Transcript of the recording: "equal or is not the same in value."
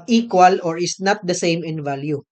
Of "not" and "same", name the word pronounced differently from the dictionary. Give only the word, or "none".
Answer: none